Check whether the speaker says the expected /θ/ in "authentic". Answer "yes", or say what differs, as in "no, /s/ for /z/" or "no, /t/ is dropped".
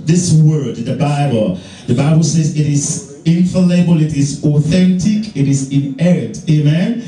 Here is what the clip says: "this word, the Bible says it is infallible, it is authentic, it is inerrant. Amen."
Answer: yes